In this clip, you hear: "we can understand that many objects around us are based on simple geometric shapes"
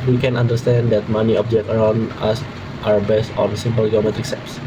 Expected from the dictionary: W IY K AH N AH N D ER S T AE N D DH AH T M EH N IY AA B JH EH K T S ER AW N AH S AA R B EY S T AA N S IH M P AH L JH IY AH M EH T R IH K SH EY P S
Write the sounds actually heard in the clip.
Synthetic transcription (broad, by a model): W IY K AH N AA N D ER S T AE N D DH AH T M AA N IY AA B JH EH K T ER AW N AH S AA W B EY S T AA N S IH M P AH L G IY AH M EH T R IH K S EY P S